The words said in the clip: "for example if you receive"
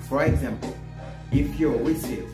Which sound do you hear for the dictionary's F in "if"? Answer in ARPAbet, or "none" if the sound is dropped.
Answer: P